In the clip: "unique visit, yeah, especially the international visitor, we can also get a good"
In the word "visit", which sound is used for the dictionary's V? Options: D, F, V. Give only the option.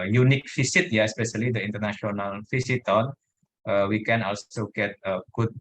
F